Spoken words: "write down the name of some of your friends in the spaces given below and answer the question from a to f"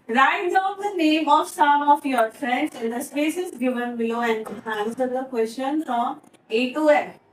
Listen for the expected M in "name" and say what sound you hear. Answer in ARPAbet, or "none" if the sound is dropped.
M